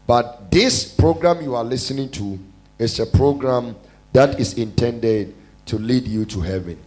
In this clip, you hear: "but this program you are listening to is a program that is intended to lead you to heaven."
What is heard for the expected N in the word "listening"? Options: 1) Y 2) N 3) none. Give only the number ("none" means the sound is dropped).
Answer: 2